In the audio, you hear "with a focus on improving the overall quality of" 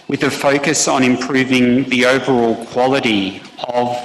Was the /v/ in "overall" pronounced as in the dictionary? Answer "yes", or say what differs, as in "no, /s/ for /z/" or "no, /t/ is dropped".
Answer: yes